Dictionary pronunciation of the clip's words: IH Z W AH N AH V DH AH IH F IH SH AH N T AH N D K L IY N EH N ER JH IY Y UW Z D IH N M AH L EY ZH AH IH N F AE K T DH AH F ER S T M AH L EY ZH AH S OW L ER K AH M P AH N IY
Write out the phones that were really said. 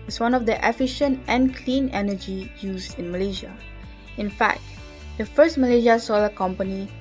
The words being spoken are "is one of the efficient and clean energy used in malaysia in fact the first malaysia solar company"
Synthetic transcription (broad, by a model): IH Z W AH N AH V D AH IH F IH SH AH N T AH N K L IY N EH N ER JH IY Y UW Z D IH N M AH L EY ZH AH IH N F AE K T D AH F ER S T M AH L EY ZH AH S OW L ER K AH M P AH N IY